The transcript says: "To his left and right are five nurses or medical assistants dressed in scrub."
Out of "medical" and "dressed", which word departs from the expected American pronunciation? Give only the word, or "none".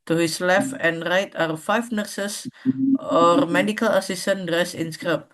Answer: dressed